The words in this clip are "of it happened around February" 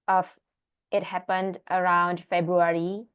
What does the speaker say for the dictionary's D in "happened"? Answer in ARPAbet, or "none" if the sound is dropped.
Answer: D